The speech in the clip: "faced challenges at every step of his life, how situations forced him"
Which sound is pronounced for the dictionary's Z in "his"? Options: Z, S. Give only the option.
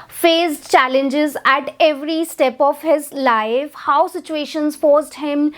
Z